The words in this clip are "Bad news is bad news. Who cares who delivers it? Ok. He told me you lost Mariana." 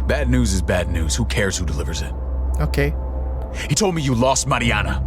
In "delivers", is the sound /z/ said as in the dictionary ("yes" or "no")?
yes